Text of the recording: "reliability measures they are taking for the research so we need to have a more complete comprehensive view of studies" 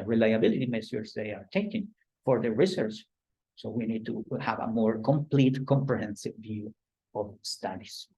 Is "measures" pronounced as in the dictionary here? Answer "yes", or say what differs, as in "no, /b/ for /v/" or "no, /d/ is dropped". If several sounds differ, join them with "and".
no, /s/ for /ʒ/